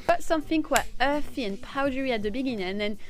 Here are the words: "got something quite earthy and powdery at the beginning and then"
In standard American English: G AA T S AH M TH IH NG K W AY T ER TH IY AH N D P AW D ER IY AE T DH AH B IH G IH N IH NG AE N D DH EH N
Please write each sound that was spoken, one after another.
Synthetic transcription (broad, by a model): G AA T S AH M TH IH NG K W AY ER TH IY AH N P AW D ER IY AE T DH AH B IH G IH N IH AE N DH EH N